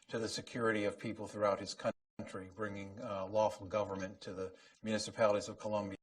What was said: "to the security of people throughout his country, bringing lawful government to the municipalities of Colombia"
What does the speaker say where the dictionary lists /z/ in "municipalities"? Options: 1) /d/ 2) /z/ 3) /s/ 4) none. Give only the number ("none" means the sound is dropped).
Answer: 2